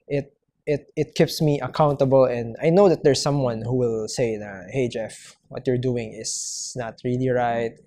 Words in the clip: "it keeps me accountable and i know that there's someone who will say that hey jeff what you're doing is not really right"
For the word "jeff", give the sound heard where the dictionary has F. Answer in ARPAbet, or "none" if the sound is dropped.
F